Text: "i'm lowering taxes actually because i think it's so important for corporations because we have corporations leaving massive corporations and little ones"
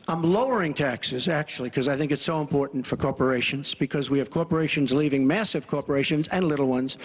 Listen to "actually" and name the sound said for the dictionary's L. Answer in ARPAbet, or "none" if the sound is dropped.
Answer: none